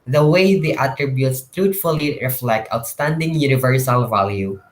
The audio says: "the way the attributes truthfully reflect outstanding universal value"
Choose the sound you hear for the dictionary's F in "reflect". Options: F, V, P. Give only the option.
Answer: F